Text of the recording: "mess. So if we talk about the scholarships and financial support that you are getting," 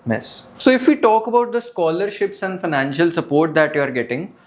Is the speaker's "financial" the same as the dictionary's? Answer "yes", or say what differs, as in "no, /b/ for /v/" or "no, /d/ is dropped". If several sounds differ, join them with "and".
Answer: yes